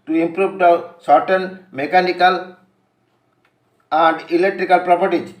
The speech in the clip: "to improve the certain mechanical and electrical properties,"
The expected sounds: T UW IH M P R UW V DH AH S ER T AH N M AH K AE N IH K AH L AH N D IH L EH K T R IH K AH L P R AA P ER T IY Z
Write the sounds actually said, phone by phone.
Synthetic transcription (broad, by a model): T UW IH M P R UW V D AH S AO T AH N M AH K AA N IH K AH L AH N D IH L EH K T R IH K AH L P R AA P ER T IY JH